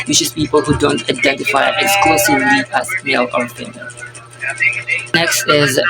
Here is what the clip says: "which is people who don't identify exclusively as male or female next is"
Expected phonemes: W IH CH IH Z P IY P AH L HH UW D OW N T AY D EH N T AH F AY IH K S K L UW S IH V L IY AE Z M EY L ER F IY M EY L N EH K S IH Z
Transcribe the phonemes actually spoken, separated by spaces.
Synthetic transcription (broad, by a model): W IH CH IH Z P IY P AH L HH UW D OW N T AY D EH N T AH F AY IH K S K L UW S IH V L IY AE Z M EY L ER P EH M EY N N EH K S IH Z